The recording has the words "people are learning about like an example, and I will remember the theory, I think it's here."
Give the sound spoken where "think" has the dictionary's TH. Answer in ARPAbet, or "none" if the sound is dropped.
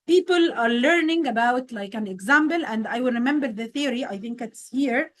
TH